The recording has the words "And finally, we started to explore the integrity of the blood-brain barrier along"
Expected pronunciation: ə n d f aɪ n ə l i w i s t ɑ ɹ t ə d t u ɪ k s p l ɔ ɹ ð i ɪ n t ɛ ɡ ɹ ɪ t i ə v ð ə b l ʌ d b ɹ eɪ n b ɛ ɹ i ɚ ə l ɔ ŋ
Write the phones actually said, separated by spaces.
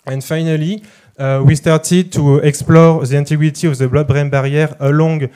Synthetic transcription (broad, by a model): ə n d f aɪ n ə l i w i s t ɑ ɹ t ə d t u ɪ k s p l ɔ ɹ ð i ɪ n t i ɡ w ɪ t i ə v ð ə b l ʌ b ɹ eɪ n b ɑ ɹ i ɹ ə l ɔ ŋ